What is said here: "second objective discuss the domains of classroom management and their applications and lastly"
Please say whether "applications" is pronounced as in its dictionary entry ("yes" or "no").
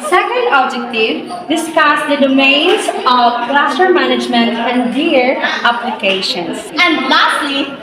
no